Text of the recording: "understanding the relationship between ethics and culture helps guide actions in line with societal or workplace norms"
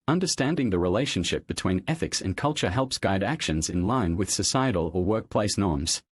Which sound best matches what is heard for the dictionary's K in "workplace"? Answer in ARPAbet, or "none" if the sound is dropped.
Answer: K